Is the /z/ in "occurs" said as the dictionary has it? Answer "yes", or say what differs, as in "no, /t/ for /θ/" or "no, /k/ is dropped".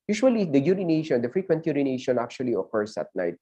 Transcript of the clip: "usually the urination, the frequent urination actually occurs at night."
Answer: no, /s/ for /z/